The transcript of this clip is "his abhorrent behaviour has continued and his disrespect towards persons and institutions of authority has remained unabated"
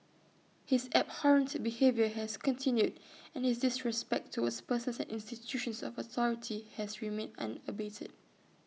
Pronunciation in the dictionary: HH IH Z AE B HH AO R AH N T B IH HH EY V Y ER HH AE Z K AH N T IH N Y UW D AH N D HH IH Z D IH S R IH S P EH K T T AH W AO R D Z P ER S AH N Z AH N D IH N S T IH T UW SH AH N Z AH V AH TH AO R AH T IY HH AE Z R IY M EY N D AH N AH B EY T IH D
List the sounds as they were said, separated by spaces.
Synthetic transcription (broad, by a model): HH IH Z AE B HH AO R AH N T B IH HH EY V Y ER HH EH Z K AH N T IH N Y UW D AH N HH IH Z D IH S R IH S P EH K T T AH W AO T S P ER S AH N S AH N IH N S T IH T UW SH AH N S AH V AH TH AO R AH T IY HH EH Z R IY M EY N AH N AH B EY T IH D